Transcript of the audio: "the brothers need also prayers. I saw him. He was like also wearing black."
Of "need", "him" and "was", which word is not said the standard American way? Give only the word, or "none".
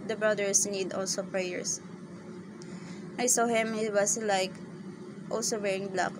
was